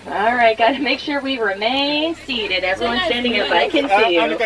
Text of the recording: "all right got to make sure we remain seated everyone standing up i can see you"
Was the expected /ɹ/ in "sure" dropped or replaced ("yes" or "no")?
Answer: no